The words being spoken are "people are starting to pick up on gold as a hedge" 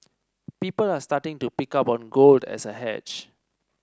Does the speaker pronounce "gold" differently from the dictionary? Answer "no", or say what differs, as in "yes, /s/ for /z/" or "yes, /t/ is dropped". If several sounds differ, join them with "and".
no